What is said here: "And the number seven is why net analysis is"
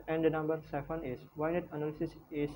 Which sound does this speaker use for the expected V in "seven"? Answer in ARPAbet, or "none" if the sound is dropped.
F